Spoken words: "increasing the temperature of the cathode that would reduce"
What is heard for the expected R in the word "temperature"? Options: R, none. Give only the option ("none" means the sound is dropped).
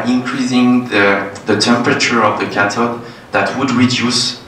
R